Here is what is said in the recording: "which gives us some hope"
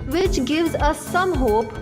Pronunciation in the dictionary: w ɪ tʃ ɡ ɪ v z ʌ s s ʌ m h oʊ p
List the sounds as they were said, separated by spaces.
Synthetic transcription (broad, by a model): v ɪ tʃ ɡ ɪ v z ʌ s s ʌ m h oʊ p